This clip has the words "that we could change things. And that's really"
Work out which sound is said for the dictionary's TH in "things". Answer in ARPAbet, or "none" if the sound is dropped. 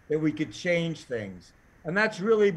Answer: TH